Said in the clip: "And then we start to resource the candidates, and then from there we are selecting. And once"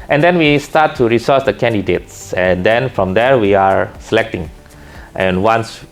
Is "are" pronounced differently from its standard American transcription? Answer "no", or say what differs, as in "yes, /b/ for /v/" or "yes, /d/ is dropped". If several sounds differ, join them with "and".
no